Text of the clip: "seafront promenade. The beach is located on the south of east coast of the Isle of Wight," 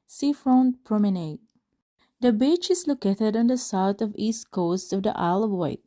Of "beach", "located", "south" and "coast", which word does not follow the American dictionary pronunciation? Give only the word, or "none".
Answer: south